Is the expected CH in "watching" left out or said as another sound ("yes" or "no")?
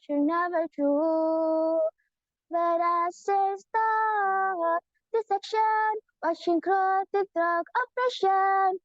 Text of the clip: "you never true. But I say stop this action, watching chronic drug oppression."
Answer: yes